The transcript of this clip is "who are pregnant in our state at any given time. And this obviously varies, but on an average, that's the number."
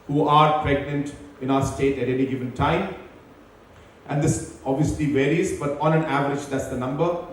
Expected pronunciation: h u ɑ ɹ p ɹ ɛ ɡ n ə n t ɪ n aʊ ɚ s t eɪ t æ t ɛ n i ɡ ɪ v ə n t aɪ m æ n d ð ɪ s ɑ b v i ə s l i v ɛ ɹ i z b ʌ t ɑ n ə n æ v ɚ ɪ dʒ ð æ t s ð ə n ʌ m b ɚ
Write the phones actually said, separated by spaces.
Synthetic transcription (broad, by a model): h u ɑ ɹ p ɹ ɛ ɡ n ə n t ɪ n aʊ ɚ s t eɪ t æ t ɛ n i ɡ ɪ v ə n t aɪ m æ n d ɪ s ɑ b v i ə s l i v ɛ ɹ i z b ʌ t ɑ n ə n æ v ɚ ɪ dʒ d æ t s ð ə n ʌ m b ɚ